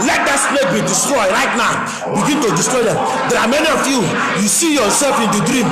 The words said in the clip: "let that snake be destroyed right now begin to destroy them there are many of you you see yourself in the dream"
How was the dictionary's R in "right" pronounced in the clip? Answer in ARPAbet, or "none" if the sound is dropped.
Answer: R